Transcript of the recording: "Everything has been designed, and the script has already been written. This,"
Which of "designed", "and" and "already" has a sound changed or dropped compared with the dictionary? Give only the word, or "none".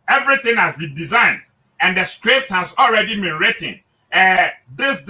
none